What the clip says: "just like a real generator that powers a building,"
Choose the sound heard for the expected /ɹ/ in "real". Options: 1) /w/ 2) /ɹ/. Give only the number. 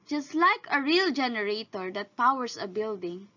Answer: 2